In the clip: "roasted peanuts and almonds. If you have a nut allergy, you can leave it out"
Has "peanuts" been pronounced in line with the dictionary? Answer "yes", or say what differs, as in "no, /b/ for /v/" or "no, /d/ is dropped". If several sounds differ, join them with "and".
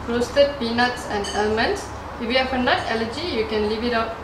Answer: yes